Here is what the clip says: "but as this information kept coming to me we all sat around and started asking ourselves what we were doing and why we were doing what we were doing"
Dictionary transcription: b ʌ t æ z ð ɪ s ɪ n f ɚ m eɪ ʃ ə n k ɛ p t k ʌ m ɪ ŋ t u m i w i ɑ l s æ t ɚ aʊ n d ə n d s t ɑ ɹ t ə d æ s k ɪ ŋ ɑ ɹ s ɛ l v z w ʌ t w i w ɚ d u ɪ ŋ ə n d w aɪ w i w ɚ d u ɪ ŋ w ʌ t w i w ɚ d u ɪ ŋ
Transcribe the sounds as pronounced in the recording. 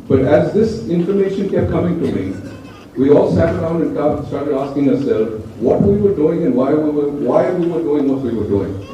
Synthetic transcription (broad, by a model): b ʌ t æ z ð ɪ s ɪ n f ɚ m eɪ ʃ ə n k ɛ p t k ʌ m ɪ ŋ t u m i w i ɑ l s æ t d aʊ n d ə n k s t ɑ ɹ t ə d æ s k ɪ ŋ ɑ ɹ s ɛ l z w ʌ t w i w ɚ d u ɪ ŋ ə n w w aɪ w i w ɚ d u ɪ ŋ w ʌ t w i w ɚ d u ɪ ŋ